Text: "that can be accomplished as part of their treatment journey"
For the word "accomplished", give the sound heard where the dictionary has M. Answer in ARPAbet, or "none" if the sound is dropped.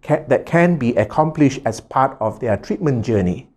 M